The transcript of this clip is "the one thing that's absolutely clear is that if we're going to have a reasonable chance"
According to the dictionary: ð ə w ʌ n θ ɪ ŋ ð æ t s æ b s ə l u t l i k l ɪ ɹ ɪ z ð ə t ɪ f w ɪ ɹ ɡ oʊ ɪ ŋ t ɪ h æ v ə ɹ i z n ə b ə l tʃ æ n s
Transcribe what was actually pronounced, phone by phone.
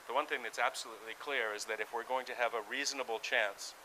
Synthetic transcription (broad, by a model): ð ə w ʌ n θ ɪ ŋ ð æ t s æ b s ə l u t l i k l ɪ ɹ ɪ z ð ə t ɪ f w ɪ ɹ ɡ oʊ ɪ ŋ t ɪ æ v ə ɹ i z n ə b l tʃ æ n s